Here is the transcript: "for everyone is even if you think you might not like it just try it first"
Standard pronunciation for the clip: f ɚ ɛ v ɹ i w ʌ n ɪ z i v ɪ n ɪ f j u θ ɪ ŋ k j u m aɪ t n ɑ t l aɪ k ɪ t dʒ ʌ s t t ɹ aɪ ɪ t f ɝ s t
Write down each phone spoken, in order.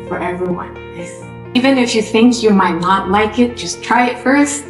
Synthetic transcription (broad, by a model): f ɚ ɛ v ɹ i w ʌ n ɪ i v ɪ n ɪ f j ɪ θ ɪ ŋ k j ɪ m aɪ t n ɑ t l aɪ k ɪ t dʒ ʌ s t t ɹ aɪ ɪ t f ɝ s t